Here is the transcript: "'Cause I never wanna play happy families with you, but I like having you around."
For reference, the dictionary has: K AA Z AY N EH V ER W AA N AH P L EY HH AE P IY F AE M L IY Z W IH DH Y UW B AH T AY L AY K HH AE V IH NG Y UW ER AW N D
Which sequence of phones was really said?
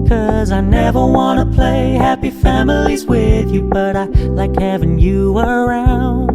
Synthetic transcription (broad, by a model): K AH Z AY N EH V ER W AA N AH P L EY HH AE P IY F AE M L IY Z W IH DH Y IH B AH T AY L AY K HH AE V IH NG Y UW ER AW N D